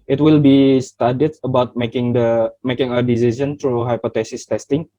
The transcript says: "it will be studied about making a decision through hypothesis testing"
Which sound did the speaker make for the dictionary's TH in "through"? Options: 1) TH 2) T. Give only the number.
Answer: 2